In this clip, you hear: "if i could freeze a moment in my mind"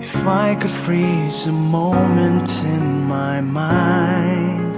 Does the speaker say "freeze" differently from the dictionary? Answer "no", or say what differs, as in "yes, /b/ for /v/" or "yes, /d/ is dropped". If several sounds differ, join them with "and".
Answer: no